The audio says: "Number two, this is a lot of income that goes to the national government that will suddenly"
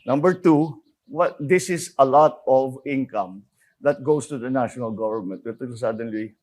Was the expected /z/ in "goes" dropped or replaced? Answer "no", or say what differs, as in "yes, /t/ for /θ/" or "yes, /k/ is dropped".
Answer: yes, /s/ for /z/